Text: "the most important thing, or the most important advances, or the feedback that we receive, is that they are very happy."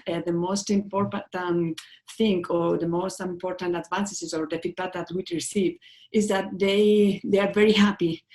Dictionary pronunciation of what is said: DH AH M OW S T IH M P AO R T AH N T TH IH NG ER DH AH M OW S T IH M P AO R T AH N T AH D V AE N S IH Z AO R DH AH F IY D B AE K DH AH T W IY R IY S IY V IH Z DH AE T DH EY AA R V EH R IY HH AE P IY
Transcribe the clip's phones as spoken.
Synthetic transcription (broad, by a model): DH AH M OW S T IH M P AO R T AH N T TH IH NG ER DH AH M OW S T IH M P AO R T AH N T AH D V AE N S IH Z AO R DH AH P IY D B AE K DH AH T W IY R IY S IY V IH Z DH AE T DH EY AA R V EH R IY HH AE P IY